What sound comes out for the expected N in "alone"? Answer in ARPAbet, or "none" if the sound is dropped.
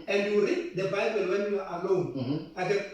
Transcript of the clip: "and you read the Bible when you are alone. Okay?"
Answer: none